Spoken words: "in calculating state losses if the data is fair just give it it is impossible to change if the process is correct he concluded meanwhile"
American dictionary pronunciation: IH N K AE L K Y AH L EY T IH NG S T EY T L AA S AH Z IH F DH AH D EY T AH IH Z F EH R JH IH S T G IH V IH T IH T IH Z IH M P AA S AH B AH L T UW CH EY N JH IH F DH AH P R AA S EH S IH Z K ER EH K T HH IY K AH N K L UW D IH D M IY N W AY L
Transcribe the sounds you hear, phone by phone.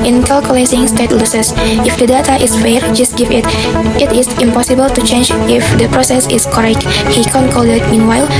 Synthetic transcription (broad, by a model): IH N K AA L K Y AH L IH S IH NG S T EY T L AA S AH S IH F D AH D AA T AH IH S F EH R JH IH S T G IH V IH T IH T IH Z IH M P AA S AH B AH L T UW CH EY N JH IH F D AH P R AA S EH S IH S K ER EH K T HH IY K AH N K AO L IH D M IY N W AY L